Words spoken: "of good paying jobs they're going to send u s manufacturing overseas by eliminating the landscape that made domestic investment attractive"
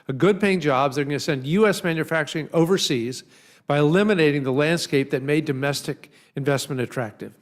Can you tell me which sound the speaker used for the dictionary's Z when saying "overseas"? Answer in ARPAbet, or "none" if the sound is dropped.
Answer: Z